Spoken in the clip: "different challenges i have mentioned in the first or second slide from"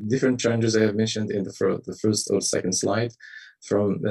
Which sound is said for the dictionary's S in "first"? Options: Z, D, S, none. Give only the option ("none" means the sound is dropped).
S